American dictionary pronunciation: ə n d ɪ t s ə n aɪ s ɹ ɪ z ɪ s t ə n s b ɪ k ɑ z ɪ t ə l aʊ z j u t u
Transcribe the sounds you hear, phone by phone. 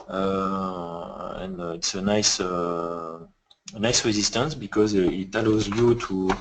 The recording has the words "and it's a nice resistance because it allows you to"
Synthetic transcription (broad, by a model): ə n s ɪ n s ə n aɪ s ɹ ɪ z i s t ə n s b ɪ k ɑ z ɪ t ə l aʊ z j u t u